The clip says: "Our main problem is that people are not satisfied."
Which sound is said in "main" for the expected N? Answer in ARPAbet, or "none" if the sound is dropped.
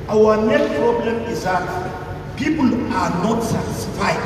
L